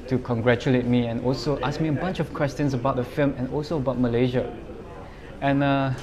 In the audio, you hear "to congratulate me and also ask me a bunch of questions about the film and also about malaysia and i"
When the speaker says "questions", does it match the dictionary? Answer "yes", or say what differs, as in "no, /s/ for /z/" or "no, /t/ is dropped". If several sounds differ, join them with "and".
no, /s/ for /z/